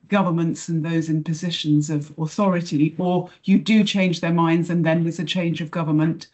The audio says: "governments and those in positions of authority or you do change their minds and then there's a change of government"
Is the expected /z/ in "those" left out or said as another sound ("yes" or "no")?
no